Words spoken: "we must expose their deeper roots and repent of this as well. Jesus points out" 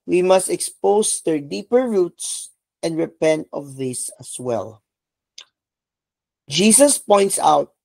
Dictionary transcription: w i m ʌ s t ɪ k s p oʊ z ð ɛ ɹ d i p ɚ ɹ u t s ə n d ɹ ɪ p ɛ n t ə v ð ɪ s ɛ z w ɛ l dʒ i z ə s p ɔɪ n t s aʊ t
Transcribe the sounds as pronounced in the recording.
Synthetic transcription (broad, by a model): w i m ʌ s t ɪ k s p oʊ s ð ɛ ɹ d i p ɚ ɹ u t s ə n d ɹ ɪ p ɛ n t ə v ð ɪ s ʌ s w ɛ l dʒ i s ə s p ɔɪ n t s aʊ t